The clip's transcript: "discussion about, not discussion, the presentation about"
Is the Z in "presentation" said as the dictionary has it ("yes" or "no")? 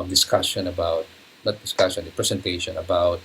no